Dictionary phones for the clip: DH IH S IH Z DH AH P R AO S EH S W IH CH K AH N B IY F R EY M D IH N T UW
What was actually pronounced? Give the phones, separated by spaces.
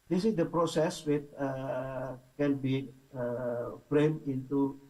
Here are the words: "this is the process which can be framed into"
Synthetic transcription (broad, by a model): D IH S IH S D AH P R AO S EH S W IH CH K AH N B IY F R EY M IH N T UW